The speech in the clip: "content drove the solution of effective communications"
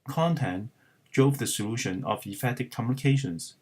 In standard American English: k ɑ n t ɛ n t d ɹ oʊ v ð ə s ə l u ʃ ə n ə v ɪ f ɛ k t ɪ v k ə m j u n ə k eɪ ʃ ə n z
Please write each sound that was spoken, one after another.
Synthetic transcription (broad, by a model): k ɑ n t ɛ n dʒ oʊ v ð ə s ə l u ʃ ə n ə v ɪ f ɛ t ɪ k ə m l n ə k eɪ ʃ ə n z